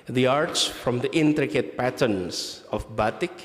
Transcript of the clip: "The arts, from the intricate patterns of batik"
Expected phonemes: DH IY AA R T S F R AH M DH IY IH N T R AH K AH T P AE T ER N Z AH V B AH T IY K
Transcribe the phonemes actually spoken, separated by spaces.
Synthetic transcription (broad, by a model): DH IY AA R T S F R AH M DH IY IH N T R AH K AH T P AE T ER N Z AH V B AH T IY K